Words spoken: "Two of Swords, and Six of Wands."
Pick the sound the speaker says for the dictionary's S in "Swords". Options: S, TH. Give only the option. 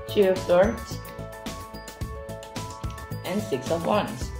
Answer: TH